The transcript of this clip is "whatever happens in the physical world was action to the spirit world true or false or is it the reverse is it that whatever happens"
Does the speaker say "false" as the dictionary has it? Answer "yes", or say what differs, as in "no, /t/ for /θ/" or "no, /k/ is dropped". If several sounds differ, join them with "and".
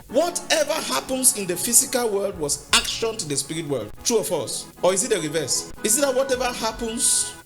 no, /l/ is dropped